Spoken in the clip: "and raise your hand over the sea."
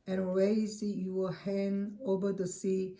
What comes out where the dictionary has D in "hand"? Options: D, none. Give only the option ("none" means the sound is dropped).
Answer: none